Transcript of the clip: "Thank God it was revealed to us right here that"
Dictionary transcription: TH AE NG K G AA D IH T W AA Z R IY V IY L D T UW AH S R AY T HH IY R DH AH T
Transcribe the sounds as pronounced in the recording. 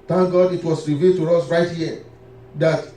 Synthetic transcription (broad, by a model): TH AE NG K G AA D IH T W AA S R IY V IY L T UW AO S R AY T HH IY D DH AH T